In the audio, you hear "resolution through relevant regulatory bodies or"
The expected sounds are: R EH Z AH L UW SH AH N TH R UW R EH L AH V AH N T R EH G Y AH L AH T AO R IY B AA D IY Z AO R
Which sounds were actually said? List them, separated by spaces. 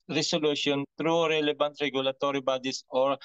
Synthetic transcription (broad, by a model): R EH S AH L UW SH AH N T R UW R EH L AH B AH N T R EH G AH L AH T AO R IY B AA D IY S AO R